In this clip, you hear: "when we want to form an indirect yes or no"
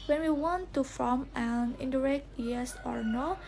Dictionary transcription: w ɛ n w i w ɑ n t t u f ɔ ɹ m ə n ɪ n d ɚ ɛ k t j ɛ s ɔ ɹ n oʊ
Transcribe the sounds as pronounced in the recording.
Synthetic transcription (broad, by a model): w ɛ n w i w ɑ n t t u f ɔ m ə n ɪ n d ɚ ɛ k t j ɛ s ɔ ɹ n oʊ